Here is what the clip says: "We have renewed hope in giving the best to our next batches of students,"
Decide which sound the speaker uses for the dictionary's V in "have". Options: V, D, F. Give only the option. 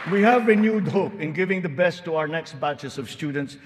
V